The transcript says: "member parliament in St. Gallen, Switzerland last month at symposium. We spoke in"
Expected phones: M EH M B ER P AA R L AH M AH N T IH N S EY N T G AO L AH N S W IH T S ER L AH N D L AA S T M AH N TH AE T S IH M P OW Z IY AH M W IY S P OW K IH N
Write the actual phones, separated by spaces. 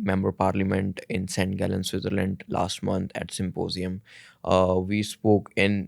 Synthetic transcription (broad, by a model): M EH M B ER P AA R L AH M AH N T IH N S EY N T G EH L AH N S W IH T ER L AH N D L AA S T M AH N T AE T S IH M P OW Z IY AH M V IY S P OW K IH N